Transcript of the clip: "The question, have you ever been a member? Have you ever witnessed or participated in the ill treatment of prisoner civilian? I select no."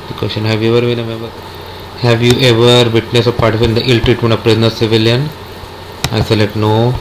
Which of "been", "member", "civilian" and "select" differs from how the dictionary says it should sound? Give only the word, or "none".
select